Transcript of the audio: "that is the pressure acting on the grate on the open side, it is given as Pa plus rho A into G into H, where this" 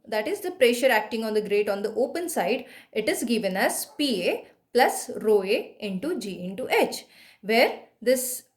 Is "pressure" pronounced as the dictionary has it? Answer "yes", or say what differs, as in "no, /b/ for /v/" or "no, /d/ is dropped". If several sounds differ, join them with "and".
yes